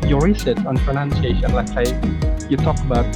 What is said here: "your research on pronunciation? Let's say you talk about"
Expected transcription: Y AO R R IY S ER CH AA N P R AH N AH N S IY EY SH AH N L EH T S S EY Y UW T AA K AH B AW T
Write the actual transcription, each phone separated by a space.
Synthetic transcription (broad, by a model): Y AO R R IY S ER S AA N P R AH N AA N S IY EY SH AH N L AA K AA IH Y UW T AA K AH B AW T